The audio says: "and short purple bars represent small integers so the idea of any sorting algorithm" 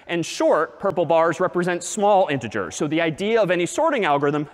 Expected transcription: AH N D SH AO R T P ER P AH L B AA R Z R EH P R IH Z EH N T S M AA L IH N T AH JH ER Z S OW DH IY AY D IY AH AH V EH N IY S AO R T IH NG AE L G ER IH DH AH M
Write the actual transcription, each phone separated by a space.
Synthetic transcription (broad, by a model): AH N SH AO R T P ER P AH L B AA R Z R EH P R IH Z EH N T S M AA L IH N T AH JH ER S OW DH IY AY D IY AH AH V EH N IY S AO R T IH NG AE L G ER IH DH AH M